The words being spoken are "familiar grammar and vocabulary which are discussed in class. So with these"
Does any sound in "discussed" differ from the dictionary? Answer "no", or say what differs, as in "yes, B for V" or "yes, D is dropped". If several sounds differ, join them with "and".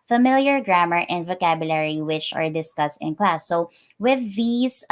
no